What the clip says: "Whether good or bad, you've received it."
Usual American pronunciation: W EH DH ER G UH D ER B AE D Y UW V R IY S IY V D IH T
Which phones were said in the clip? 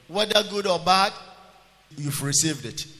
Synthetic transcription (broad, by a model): W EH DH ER G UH D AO B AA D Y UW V R IY S IY V D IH T